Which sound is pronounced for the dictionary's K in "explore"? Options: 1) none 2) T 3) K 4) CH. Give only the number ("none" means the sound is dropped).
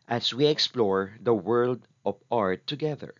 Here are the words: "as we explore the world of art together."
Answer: 3